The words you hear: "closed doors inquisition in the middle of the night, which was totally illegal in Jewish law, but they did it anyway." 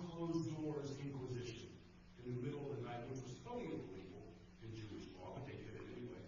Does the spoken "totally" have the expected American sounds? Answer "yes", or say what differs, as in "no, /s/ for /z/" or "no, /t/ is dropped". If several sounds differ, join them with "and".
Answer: no, /l/ is dropped